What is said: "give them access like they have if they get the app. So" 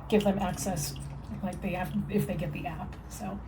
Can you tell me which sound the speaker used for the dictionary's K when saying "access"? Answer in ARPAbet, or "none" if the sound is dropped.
K